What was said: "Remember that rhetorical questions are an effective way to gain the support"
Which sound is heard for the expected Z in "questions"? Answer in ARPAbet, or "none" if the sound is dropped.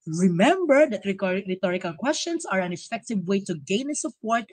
S